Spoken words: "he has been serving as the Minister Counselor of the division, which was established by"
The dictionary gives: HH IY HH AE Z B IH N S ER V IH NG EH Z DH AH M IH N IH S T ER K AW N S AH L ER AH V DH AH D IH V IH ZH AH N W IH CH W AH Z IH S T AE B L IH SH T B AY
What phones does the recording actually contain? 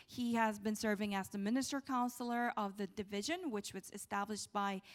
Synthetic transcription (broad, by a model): HH IY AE Z B IH N S ER V IH NG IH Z DH AH M IH N IH S T ER K AW N S L ER AH V DH AH D IH V IH ZH AH N W IH CH W AH Z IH S T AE B L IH SH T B AY